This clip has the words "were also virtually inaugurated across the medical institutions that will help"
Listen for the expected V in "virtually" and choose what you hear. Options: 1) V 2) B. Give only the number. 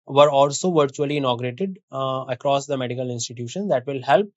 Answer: 1